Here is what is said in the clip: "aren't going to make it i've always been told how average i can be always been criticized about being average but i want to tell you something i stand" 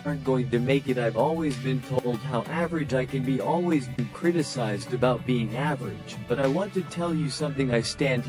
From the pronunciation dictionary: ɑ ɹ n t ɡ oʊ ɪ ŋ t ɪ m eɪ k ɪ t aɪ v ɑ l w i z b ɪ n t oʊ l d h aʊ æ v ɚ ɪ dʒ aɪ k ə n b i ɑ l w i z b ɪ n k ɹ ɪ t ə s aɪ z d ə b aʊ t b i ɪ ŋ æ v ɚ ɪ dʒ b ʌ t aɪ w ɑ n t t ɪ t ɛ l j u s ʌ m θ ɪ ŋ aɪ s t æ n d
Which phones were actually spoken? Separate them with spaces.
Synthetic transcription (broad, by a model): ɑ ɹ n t ɡ oʊ ɪ ŋ t ɪ m eɪ k ɪ t aɪ v ɑ l w i z b ɪ n t oʊ l d h aʊ æ v ɚ ɪ dʒ aɪ k ə n b i ɑ l w i z b ɪ n k ɹ ɪ t ə s aɪ z d ə b aʊ t b i ɪ ŋ æ v ɚ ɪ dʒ b ʌ t aɪ w ɑ n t t ɪ t ɛ l j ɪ s ʌ m θ ɪ ŋ aɪ s t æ n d